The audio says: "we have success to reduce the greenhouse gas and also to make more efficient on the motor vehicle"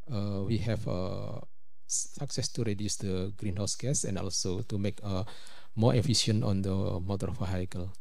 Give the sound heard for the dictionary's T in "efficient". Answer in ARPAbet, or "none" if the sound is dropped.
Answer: none